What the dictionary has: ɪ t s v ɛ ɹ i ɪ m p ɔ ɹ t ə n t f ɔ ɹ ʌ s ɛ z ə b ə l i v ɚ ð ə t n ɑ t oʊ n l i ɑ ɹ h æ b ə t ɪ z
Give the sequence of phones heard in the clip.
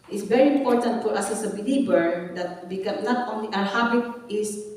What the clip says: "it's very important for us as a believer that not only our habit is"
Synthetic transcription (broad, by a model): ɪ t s v ɛ ɹ i ɪ m p ɔ ɹ t ə n t f ɔ ɹ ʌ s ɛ s ə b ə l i b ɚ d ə t n ɑ t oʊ n l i ɑ ɹ h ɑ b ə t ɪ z